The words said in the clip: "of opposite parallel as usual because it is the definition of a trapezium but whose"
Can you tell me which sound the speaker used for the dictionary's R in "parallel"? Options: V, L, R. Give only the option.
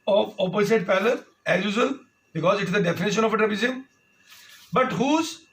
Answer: L